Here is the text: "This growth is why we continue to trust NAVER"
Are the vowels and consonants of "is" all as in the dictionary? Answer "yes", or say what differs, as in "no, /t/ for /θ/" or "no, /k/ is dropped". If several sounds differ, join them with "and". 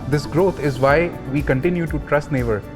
yes